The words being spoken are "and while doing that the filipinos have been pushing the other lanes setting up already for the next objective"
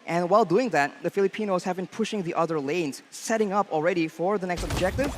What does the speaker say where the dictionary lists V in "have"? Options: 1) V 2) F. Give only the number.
1